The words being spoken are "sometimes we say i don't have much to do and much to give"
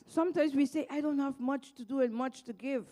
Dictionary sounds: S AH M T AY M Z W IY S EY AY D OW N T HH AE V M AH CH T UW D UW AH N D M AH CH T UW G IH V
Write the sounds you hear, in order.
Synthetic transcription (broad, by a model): S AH M T AY M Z W IY S EY AY D OW N T HH AE V M AH CH T UW D UW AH N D M AH CH T UW G IH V